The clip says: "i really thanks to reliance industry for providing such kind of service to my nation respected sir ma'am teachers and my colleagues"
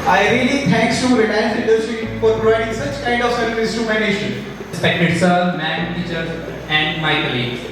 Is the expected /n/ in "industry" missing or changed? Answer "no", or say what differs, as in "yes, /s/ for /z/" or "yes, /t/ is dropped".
yes, /n/ is dropped